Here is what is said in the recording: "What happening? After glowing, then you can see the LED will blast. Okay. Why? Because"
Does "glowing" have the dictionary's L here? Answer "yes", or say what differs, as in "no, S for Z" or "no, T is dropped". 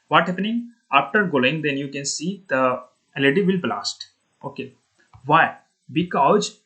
no, L is dropped